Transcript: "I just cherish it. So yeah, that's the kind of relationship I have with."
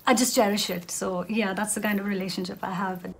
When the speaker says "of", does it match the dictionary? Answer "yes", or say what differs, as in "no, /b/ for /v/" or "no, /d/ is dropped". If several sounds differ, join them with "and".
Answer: yes